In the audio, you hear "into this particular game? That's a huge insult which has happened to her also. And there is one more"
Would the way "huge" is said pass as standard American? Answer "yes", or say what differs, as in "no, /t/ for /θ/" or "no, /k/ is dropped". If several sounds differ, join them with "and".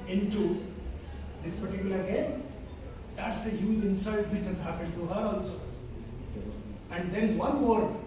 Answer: no, /z/ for /dʒ/